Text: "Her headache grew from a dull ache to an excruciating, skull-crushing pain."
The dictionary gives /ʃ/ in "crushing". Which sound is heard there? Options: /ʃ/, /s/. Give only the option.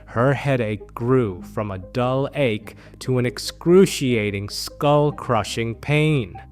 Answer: /ʃ/